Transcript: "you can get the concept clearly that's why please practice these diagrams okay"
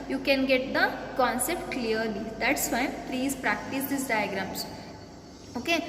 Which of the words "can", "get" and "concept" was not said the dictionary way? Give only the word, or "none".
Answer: none